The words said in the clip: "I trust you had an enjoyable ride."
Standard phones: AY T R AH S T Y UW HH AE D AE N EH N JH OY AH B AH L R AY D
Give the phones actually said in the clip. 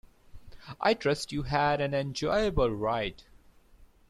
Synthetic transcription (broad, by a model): AY T R AH S T Y UW HH AE D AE N EH N JH OY AH B AH L R AY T